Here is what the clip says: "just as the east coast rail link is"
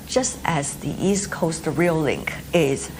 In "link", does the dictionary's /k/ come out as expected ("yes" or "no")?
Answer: yes